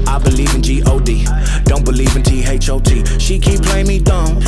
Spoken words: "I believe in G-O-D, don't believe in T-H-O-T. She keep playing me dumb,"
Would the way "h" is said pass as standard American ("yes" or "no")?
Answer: yes